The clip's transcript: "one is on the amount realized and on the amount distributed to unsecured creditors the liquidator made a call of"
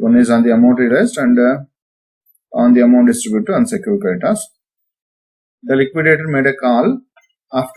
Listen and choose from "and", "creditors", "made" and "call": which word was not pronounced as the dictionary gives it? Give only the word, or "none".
creditors